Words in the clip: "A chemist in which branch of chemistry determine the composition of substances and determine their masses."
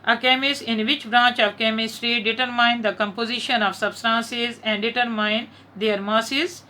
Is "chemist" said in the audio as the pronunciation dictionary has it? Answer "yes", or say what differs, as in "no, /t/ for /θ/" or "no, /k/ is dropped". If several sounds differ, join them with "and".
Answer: no, /t/ is dropped